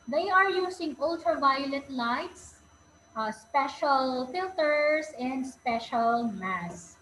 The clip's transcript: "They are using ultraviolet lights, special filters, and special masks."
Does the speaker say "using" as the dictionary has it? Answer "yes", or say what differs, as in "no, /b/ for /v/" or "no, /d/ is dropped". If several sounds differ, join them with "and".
no, /s/ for /z/